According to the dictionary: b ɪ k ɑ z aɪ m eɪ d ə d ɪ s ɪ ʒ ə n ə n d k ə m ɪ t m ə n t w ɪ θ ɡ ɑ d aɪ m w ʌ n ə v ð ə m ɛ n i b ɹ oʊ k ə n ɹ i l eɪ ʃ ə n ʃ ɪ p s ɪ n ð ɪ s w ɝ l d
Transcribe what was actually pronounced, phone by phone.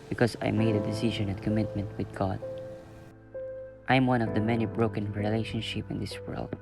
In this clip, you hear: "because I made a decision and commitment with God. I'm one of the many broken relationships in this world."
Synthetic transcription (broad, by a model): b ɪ k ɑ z aɪ m eɪ d ə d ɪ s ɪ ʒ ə n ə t k ə m ɪ t m ə n t w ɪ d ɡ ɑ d aɪ m w ʌ n ə v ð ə m ɛ n i b ɹ oʊ k ə n ɹ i l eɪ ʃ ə n ʃ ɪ p ɪ n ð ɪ s w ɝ l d